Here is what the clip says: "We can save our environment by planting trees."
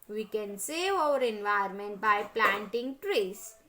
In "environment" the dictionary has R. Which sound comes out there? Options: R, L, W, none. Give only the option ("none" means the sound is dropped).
none